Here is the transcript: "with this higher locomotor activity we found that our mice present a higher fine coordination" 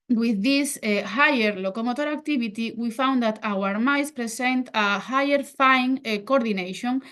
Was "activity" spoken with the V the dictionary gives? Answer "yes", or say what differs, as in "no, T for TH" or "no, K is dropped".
no, B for V